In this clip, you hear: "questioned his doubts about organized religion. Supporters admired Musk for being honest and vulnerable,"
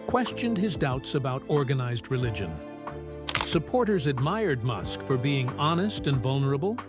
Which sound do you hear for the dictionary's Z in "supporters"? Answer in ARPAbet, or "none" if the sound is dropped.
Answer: Z